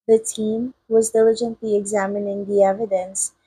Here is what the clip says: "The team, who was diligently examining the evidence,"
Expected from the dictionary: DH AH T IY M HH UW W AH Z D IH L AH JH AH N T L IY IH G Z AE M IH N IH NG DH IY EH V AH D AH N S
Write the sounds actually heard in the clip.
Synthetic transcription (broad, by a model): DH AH T IY M W AH Z D IH L AH JH AH N T L IY IH G Z AE M IH N IH NG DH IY EH V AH D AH N S